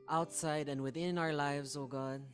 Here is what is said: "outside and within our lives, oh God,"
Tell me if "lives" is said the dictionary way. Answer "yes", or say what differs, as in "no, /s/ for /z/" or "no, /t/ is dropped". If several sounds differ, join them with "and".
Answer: yes